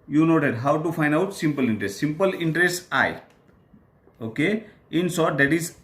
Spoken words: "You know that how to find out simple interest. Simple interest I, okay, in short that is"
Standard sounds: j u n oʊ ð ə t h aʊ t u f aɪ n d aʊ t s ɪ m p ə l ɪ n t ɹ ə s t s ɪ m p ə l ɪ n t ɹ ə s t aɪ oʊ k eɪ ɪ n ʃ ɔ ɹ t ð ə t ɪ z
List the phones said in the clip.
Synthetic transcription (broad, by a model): j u n oʊ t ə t h aʊ t u f aɪ n d aʊ t s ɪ m p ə l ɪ n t ɹ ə s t s ɪ m p ə l ɪ n t ɹ ə s t aɪ oʊ k eɪ ɪ n s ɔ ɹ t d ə t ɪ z